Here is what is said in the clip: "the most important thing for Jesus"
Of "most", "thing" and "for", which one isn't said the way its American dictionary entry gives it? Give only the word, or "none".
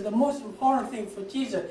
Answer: none